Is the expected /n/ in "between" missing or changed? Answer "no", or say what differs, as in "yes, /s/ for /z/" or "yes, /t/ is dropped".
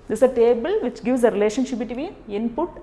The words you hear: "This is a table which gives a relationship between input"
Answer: yes, /n/ is dropped